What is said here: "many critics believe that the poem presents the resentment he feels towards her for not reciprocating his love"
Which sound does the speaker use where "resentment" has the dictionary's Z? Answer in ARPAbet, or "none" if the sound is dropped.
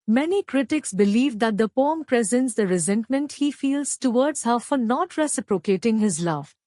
Z